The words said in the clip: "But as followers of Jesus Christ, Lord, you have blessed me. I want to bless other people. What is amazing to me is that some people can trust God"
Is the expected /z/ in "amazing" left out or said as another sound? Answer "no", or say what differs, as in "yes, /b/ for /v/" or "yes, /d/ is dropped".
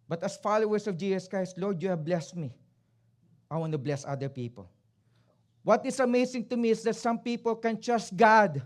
yes, /s/ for /z/